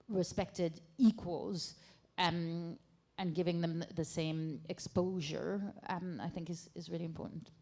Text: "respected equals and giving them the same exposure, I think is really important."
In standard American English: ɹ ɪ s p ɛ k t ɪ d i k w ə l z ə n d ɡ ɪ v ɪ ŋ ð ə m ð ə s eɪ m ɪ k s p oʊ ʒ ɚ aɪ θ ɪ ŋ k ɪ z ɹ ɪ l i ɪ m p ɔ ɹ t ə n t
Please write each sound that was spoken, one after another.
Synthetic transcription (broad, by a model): ɹ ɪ s p ɛ k t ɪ d i k w ə l z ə n ɡ ɪ v ɪ ŋ ð ə m ð ə s eɪ m ɪ k s p oʊ ʒ ɚ aɪ θ ɪ ŋ k ɪ z ɹ ɪ l i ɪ m p ɔ ɹ t n t